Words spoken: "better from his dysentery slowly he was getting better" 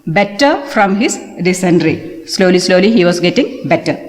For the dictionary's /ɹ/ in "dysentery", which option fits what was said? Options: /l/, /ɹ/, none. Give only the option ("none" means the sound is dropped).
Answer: /l/